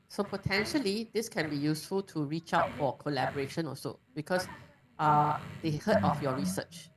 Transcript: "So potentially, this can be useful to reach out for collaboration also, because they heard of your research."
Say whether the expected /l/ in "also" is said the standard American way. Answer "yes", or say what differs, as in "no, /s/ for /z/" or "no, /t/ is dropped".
no, /l/ is dropped